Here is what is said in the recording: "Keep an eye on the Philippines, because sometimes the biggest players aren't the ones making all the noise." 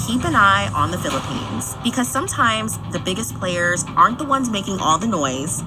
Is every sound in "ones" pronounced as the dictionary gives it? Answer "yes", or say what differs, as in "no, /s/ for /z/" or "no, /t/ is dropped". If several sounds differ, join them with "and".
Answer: yes